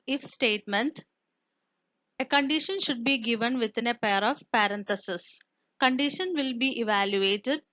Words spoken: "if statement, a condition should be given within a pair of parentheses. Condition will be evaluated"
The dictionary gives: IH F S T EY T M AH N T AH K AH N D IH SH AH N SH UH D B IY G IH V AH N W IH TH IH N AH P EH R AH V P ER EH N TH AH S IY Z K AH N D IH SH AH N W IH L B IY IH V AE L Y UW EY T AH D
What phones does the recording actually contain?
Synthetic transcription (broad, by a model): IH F S T EY T M AH N T AH K AH N D IH SH AH N SH UH D B IY G IH V AH N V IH T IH N AH P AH R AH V P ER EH N T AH S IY S K AH N D IH SH AH N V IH L B IY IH V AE L Y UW EY T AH D